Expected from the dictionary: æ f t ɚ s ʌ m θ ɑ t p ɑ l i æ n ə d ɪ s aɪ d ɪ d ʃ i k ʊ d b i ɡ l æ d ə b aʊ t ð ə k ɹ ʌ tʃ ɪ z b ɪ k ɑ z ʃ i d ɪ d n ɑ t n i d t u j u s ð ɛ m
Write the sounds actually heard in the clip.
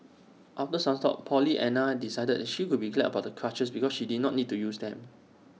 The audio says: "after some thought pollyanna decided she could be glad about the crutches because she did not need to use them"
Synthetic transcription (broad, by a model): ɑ f t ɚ s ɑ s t ɑ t p ɑ l i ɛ n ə d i s aɪ d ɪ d ʃ i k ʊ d b i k l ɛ ə b aʊ t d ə k ɹ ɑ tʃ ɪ s b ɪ k ɑ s ʃ i d ɪ d n ɑ t n i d t u j u s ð ɛ m